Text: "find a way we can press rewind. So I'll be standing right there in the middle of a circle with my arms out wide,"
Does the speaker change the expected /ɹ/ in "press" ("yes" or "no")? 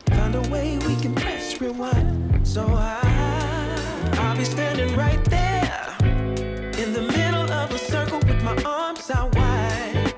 yes